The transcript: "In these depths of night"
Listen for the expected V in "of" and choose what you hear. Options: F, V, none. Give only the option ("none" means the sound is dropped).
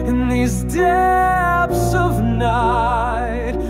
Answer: V